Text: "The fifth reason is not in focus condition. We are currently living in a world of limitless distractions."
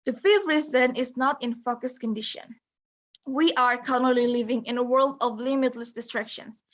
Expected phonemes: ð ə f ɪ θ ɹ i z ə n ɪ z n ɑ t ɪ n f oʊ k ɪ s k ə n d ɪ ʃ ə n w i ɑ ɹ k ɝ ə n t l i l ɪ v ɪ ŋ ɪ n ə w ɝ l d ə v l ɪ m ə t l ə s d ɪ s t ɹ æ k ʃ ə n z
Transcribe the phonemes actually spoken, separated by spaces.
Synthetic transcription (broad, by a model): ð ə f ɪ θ ɹ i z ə n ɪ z n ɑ t ɪ n f oʊ k ɪ s k ə n d ɪ ʃ ə n w i ɑ ɹ k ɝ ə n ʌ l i l ɪ v ɪ ŋ ɪ n ə w ɝ l d ə v l ɪ m ə t l ə s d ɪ s t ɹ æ k ʃ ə n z